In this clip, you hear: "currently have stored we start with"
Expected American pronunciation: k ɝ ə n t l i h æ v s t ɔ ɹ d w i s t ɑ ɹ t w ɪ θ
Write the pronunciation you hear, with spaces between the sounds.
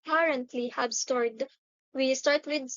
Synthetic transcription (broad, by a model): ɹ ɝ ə n t l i h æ b s t ɔ ɹ d w i s t ɑ ɹ t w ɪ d